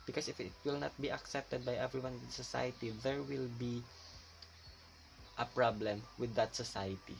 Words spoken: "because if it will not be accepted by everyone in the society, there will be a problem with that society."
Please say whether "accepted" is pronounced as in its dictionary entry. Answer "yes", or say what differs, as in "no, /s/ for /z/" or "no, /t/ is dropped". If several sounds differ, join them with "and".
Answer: yes